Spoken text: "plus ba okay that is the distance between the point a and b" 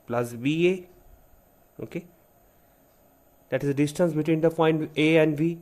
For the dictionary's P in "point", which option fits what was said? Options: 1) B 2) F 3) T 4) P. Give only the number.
2